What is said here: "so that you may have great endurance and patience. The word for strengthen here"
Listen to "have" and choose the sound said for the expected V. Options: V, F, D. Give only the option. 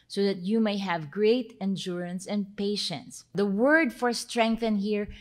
V